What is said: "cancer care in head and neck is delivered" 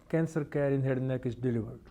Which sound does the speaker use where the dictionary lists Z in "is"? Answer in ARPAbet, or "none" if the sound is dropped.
S